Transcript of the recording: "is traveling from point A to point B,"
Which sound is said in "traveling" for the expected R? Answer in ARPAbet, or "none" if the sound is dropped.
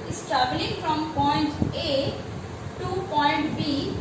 none